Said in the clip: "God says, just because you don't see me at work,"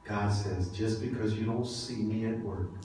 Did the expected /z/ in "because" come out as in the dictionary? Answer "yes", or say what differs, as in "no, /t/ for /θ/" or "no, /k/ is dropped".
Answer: yes